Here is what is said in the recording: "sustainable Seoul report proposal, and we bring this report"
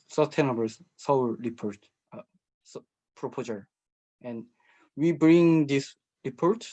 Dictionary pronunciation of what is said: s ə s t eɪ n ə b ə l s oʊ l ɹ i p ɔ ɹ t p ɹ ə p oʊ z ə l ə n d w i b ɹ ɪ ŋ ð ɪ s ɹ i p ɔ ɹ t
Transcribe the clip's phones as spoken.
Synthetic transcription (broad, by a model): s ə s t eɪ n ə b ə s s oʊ w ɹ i p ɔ ɹ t p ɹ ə p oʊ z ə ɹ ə n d w i b ɹ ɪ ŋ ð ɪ s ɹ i p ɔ ɹ t